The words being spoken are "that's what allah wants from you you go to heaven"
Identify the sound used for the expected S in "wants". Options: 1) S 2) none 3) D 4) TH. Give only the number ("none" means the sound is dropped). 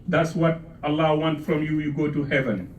2